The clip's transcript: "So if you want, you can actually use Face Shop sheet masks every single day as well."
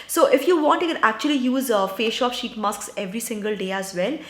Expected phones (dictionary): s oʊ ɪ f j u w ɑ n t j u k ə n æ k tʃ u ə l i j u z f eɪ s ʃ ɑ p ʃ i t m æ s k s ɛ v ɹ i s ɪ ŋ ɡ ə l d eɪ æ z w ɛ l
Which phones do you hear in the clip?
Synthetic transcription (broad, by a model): s oʊ ɪ f j u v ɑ n t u k ə n æ k tʃ u ə l i j u z f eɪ ʃ ɑ p ʃ i t m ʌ s k s ɛ v ɹ i s ɪ ŋ ɡ ə l d eɪ æ z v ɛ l